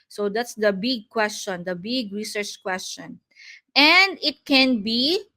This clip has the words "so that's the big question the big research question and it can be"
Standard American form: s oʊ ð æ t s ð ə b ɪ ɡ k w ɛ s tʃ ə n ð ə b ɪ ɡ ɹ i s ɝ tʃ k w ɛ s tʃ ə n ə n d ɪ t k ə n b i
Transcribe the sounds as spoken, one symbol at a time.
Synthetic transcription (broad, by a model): s oʊ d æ t s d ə b ɪ ɡ k w ɛ s tʃ ə n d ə b ɪ ɡ ɹ i s ɝ tʃ k w ɛ s tʃ ə n ə n d ɪ t k ə n b i